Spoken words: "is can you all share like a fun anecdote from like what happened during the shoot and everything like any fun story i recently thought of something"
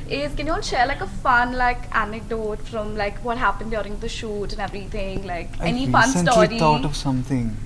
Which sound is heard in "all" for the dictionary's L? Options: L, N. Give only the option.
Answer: N